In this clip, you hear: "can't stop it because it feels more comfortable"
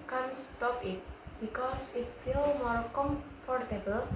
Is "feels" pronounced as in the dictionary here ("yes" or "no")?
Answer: no